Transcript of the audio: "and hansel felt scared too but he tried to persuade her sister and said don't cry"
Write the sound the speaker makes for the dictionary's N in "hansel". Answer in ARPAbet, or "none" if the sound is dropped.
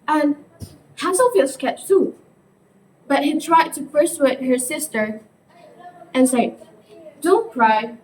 none